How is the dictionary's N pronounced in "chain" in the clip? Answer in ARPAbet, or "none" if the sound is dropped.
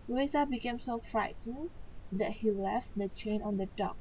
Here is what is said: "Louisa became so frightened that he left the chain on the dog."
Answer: N